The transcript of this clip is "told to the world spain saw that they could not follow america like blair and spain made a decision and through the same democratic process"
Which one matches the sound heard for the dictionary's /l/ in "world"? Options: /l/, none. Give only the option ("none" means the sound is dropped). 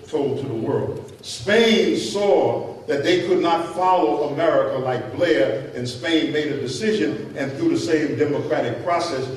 /l/